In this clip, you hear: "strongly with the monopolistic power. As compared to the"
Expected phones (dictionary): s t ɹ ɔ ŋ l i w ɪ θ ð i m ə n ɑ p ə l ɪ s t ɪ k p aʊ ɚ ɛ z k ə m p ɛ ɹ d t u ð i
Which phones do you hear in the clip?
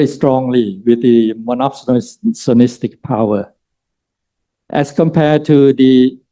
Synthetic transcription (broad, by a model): s t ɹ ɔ ŋ l i w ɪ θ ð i m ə n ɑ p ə n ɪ s t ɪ k p aʊ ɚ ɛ s k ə m p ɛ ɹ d t u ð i